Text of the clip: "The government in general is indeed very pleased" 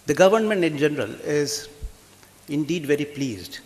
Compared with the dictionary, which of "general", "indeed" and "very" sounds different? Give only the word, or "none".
none